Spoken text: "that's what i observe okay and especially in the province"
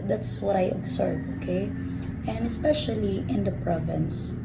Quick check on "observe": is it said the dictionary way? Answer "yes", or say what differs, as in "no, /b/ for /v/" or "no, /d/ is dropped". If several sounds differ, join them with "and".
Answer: no, /s/ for /z/